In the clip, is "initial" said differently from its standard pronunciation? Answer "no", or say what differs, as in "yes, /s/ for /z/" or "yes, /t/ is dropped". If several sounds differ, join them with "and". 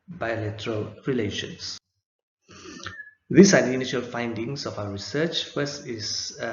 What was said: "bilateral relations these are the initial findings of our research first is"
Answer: no